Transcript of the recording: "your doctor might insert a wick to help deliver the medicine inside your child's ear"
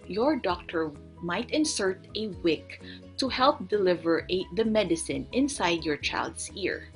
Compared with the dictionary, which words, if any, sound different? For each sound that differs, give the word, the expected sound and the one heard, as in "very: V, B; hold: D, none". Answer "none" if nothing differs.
child's: Z, S